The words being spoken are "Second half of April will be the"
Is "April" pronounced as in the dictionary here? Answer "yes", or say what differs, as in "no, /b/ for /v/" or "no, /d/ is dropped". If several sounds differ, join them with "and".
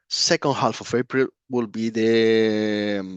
no, /b/ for /p/